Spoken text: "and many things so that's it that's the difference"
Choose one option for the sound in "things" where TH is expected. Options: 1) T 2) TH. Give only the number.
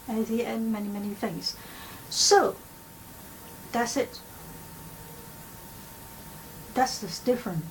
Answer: 2